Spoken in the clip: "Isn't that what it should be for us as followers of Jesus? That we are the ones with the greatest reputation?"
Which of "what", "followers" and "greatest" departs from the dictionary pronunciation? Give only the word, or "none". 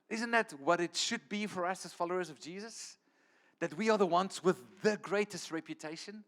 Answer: none